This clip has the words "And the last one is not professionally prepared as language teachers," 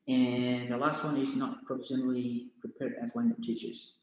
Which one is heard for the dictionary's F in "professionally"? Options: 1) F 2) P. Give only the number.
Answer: 2